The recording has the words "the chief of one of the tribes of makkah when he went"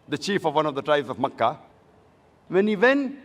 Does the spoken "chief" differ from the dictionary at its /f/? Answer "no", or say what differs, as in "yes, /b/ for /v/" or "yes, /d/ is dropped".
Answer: no